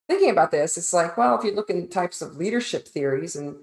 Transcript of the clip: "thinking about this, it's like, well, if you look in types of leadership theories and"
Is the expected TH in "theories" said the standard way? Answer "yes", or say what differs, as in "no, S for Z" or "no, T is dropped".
yes